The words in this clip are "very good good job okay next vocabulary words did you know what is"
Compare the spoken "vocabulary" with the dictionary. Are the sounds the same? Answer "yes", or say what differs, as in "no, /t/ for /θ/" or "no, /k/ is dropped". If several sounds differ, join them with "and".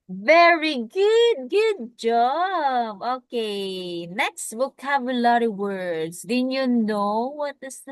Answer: no, /w/ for /v/